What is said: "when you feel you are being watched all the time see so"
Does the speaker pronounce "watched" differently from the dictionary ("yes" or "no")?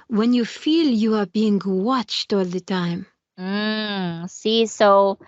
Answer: no